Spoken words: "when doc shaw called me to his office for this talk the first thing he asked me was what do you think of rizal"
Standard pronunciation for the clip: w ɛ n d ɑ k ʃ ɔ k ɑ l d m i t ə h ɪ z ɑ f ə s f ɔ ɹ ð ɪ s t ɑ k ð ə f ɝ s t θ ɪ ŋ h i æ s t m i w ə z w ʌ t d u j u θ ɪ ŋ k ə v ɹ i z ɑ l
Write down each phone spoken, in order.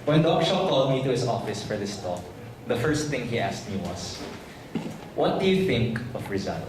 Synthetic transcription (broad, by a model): w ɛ n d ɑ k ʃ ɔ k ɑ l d m i t ə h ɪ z ɑ f ə s f ɔ ɹ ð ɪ s t ɑ k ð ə f ɝ s t θ ɪ ŋ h i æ s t m i w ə s w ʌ t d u j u θ ɪ ŋ k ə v ɹ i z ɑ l